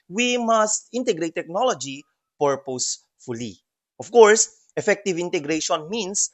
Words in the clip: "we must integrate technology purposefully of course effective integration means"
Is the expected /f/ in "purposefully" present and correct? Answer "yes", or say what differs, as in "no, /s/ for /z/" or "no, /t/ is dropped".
yes